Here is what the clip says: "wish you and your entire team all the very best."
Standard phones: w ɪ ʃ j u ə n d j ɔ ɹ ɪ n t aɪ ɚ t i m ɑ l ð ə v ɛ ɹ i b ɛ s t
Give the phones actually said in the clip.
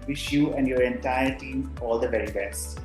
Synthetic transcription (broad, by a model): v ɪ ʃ j u ə n d j ɔ ɹ ɪ n t aɪ ɚ t i m ɑ l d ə v ɛ ɹ i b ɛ s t